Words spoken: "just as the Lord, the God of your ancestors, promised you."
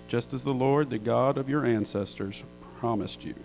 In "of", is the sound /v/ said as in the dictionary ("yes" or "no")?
yes